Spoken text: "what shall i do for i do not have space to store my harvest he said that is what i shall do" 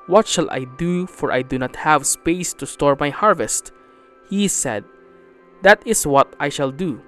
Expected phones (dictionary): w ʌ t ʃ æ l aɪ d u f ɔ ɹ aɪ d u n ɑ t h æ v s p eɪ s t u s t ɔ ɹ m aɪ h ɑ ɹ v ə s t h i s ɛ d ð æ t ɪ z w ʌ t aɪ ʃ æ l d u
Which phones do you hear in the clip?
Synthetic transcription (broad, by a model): w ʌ t ʃ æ l aɪ d u f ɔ ɹ aɪ d u n ɑ t h æ v s p eɪ s t u s t ɔ ɹ m aɪ h ɑ ɹ v ə s t h i s ɛ d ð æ t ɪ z w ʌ t aɪ ʃ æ l d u